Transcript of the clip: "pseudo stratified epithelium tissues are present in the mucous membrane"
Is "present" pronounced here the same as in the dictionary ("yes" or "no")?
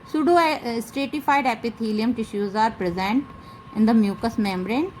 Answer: yes